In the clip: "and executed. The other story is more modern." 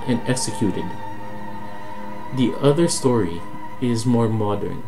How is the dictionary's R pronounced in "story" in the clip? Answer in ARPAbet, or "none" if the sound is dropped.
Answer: R